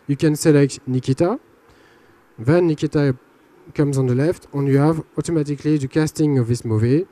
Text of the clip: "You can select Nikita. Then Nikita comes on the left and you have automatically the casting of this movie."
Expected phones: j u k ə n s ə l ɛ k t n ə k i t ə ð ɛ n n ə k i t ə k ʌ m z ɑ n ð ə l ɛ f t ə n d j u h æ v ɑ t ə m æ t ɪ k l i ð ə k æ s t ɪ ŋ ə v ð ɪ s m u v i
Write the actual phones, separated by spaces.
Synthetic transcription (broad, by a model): j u k ə n s ə l ɛ k t n ə k i t ə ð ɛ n n ə k i t ə k ʌ m z ɑ n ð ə l ɛ f t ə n j u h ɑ v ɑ t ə m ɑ t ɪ k l i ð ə k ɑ s t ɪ ŋ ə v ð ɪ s m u v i